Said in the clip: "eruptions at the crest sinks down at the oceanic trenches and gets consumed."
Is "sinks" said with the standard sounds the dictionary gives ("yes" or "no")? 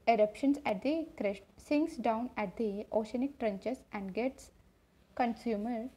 no